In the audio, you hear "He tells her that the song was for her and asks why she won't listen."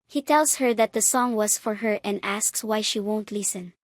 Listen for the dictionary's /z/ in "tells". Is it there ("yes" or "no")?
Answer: no